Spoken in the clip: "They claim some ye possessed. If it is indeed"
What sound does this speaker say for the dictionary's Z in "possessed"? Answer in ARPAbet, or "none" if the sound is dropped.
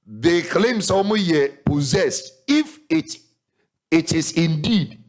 Z